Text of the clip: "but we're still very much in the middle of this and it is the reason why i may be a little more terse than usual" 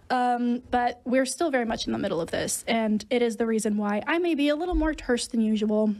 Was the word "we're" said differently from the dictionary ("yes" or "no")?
no